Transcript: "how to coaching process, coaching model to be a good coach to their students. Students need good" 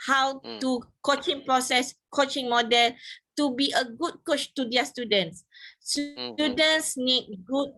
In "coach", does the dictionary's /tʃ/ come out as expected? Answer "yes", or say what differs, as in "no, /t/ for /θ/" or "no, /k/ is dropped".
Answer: yes